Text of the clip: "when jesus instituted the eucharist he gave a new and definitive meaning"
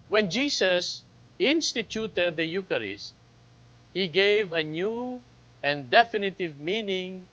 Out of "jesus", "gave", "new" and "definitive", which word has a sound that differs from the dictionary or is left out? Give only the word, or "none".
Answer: jesus